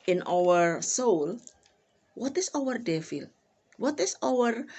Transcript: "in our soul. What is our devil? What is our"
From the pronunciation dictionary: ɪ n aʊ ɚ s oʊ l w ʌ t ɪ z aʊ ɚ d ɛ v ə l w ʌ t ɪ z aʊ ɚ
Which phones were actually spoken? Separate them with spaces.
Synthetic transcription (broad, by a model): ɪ n aʊ ɚ s oʊ l w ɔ t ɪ s aʊ ɚ d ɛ f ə l w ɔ t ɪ s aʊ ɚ